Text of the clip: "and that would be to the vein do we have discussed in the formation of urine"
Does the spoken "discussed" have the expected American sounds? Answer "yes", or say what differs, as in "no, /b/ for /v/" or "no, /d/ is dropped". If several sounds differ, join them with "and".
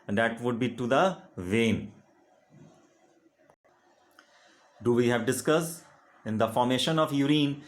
no, /t/ is dropped